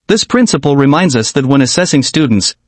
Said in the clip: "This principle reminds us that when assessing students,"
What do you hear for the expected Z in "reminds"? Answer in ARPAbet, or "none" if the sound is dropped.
Z